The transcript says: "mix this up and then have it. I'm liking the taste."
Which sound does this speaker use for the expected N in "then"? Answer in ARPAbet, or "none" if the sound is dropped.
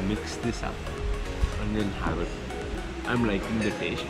L